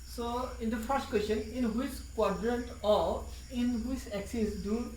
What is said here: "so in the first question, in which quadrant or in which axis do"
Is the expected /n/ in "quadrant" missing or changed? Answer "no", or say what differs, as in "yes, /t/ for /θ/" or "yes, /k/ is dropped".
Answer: no